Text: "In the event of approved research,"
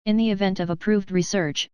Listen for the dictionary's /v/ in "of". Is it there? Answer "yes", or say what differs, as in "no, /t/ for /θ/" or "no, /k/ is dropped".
yes